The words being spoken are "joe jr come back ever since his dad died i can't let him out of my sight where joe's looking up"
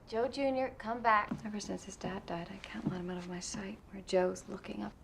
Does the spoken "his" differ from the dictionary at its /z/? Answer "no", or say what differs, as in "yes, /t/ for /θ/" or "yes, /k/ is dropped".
no